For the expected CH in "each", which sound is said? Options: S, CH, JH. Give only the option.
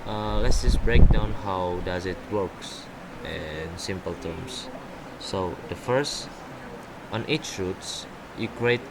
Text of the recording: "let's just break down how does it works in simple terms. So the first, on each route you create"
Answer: CH